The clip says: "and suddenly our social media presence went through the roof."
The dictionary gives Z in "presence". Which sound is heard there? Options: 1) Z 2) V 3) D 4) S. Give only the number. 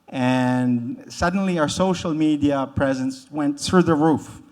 1